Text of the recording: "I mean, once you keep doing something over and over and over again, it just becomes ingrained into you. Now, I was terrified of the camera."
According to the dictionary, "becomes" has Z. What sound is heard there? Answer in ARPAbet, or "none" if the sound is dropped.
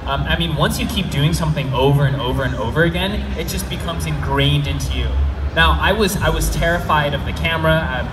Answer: Z